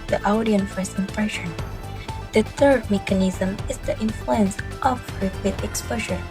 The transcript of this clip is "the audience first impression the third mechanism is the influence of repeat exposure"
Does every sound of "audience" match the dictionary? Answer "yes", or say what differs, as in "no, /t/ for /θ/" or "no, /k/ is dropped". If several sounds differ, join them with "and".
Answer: no, /s/ is dropped